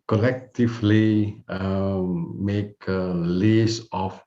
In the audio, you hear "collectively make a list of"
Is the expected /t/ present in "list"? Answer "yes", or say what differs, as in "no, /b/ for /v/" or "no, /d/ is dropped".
no, /t/ is dropped